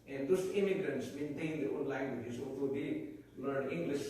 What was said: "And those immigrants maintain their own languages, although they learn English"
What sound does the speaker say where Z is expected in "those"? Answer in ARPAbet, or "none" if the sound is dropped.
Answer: S